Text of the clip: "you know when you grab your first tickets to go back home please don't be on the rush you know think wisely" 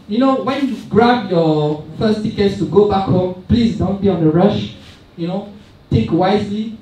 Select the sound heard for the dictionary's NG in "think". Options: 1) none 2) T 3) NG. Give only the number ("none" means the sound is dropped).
1